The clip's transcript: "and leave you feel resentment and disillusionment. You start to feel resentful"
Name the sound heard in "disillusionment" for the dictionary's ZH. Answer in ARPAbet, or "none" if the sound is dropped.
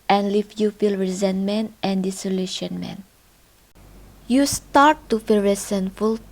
SH